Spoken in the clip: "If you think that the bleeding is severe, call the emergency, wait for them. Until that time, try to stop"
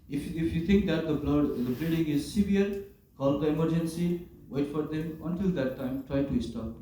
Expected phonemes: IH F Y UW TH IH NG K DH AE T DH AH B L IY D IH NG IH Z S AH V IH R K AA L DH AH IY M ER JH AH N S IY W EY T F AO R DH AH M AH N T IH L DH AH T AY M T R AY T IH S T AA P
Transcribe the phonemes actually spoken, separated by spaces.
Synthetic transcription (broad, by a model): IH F Y UW T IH NG K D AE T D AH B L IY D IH NG IH Z S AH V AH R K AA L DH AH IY M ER JH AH N S IY W EY T F AO R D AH M AH N T IH L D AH T AY M T R AY T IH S T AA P